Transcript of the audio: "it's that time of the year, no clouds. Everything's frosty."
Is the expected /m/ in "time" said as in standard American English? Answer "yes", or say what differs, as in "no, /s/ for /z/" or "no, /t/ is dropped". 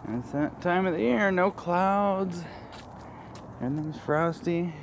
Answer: yes